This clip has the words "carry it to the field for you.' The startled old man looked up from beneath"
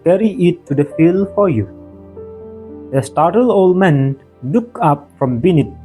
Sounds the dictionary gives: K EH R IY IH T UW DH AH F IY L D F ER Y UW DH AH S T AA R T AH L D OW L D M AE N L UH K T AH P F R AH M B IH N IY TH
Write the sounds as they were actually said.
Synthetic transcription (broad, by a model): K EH R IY IH T UW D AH F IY L F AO Y UW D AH S T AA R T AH L OW L D M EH N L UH K AH P F R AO M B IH N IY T